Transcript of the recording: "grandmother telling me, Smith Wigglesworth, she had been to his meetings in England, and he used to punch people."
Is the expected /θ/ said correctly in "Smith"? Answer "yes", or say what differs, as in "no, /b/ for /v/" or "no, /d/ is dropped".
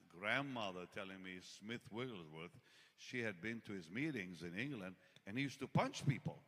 yes